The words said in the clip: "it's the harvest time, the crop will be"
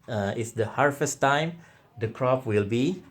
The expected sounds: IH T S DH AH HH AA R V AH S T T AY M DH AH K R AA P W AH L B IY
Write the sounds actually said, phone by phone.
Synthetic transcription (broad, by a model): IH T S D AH HH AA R F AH S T T AY M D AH K R AA P W AH L B IY